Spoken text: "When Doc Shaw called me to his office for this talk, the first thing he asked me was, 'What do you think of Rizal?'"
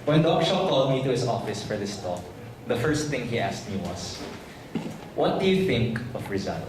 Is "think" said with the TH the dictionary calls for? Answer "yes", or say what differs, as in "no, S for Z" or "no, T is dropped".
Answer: yes